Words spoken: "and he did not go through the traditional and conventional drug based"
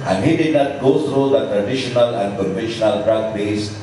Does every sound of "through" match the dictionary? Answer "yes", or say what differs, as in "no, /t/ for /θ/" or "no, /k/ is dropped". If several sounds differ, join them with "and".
no, /t/ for /θ/